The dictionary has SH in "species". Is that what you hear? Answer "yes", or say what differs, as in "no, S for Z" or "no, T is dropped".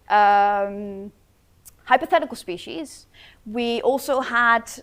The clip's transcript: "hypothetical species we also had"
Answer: yes